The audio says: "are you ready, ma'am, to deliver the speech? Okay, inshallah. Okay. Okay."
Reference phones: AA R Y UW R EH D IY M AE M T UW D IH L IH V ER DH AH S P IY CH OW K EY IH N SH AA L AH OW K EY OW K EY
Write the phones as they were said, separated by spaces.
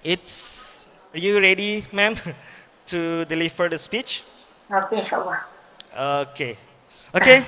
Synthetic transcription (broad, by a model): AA R Y UW R EH D IY M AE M T UW D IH L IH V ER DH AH S P IY CH OW K EY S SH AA W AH OW K EY OW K EY